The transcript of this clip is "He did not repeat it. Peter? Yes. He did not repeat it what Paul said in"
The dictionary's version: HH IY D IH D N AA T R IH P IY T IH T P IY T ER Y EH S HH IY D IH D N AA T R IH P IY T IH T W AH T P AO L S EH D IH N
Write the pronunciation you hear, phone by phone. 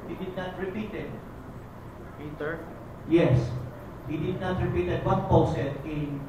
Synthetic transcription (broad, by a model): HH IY D IH D N AA T R IH P IY T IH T P IY T ER Y EH S HH IY D IH D N AA T R IH P IY T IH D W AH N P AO W S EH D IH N